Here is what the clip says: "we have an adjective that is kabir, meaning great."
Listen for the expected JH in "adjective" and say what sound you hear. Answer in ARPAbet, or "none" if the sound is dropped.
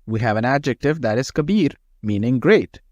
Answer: JH